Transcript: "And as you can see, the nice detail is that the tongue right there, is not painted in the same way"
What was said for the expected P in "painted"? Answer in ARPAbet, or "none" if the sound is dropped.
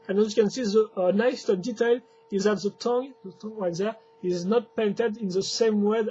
P